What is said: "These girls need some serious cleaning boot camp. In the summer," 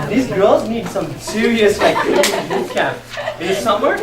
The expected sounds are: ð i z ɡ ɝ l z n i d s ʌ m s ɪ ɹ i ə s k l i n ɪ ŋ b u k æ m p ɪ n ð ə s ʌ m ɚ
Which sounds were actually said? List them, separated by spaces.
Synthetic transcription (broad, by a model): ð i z ɡ ɝ l z n i d s ʌ m s ɪ ɹ i ə s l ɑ ɪ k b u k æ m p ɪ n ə s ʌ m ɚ